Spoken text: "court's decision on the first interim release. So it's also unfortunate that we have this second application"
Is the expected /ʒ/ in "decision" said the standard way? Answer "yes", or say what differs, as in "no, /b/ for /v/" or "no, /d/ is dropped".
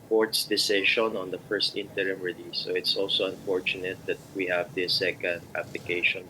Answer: no, /ʃ/ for /ʒ/